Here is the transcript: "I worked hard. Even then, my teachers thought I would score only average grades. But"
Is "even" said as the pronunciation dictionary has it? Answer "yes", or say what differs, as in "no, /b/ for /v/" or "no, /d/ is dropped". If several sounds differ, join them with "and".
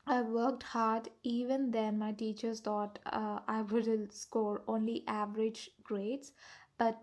yes